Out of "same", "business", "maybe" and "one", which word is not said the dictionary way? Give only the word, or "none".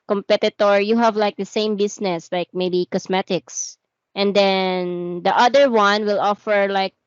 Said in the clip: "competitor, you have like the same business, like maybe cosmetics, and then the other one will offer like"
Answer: business